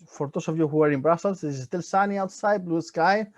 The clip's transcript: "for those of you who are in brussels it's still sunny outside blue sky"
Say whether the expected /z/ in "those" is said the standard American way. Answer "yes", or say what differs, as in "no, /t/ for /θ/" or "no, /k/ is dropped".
no, /s/ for /z/